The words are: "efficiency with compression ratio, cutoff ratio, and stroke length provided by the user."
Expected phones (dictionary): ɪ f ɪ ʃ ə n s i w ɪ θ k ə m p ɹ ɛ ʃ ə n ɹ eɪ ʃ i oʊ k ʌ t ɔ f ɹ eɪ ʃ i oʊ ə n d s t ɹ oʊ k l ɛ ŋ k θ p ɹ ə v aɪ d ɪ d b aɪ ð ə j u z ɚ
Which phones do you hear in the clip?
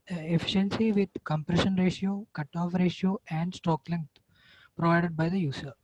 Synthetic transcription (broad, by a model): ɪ f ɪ ʃ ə n s i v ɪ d k ə m p ɹ ɛ ʃ ə n ɹ eɪ ʃ i oʊ k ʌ t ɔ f ɹ eɪ ʃ i oʊ ə n d s t oʊ k l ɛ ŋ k t p ɹ ə v aɪ d ɪ d b aɪ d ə j u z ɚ